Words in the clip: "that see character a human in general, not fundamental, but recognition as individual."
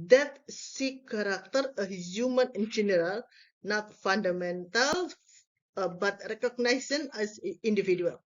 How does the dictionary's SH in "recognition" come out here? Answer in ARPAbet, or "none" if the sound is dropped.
S